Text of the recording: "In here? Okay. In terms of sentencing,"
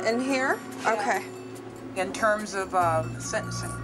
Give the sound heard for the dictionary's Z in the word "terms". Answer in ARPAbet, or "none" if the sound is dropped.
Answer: Z